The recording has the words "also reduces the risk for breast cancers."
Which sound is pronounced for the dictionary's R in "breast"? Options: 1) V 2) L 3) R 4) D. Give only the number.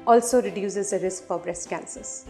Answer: 3